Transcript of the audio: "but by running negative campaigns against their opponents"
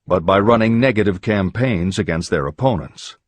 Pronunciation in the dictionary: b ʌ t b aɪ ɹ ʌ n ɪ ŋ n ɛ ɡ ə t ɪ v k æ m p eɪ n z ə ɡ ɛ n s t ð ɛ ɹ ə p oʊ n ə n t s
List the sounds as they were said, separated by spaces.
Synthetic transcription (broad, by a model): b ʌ t b aɪ ɹ ʌ n ɪ ŋ n ɛ ɡ ə t ɪ v k æ m p eɪ n z ə ɡ ɛ n s t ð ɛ ɹ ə p oʊ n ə n t s